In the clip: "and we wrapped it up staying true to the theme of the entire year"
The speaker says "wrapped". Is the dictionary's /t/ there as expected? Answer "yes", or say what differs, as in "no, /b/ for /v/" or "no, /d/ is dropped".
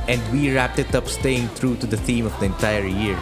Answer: yes